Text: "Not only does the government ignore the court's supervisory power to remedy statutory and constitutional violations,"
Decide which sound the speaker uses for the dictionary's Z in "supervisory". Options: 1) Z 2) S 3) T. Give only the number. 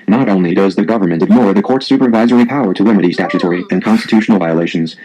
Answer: 1